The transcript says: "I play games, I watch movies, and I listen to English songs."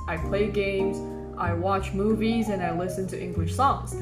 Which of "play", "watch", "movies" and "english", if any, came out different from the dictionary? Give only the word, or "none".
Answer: none